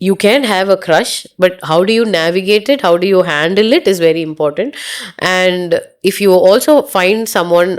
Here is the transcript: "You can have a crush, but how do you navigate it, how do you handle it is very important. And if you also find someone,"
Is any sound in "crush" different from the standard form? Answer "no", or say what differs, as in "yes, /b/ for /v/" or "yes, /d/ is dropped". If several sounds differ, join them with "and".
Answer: no